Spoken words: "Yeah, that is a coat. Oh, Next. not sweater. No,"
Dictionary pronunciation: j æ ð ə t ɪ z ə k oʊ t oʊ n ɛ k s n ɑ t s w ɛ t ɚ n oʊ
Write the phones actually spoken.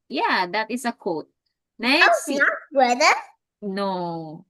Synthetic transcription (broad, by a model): j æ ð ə t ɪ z ə k oʊ t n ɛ s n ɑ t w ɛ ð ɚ n oʊ